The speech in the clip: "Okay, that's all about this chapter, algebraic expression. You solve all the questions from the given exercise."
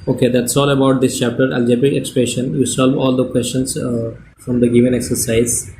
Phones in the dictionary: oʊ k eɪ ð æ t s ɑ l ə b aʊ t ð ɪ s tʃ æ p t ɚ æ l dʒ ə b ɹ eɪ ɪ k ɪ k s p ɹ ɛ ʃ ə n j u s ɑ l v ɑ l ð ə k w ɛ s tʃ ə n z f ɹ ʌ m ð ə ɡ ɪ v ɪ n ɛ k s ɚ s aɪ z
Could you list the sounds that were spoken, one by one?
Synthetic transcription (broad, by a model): oʊ k eɪ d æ t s ɑ l ə b aʊ t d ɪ s tʃ æ p t ɚ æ l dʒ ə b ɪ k ɪ k s p ɹ ɛ ʃ ə n j u s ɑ l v ɑ l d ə k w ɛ s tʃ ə n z f ɹ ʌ m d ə ɡ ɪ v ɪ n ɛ k s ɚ s aɪ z